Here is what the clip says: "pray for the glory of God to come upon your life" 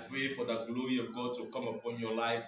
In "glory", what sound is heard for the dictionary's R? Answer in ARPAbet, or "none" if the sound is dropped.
R